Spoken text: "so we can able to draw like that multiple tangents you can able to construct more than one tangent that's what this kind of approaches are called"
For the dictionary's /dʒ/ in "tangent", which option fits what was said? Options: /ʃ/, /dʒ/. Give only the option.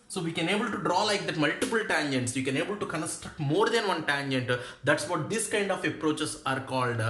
/dʒ/